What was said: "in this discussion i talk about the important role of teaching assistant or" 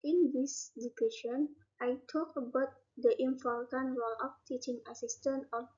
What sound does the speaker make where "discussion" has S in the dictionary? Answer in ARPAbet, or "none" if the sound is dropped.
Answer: none